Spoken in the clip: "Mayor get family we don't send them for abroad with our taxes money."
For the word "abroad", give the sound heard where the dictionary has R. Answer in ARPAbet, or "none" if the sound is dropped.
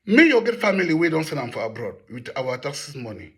R